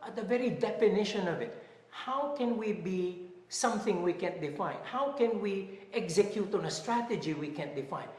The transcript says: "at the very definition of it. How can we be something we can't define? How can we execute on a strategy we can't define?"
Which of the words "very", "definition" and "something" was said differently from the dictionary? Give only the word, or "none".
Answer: none